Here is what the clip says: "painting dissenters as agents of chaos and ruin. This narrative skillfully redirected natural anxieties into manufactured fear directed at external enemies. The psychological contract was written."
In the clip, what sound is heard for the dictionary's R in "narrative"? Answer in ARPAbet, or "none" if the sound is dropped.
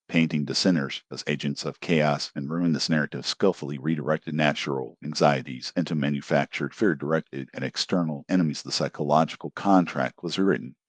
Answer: R